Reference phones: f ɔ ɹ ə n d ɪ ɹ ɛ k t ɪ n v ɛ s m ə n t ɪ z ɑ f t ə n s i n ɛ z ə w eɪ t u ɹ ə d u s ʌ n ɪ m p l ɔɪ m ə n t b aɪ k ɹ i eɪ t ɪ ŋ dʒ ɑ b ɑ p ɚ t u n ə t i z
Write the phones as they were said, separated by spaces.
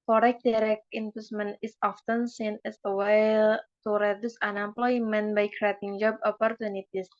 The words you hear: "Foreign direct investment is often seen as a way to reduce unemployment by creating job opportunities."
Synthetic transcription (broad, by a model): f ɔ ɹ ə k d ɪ ɹ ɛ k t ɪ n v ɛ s m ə n ɪ s ɑ f t ə n s i n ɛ s ə w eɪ t u ɹ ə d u s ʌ n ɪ m p l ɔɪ m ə n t b aɪ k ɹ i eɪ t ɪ ŋ dʒ ɑ b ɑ p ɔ t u n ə t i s